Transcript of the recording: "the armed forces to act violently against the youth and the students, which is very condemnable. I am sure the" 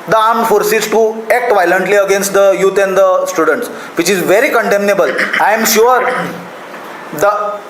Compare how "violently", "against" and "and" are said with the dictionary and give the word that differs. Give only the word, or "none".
none